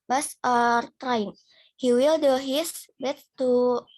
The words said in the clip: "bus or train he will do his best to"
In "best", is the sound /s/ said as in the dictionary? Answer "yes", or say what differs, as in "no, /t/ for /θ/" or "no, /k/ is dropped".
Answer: no, /s/ is dropped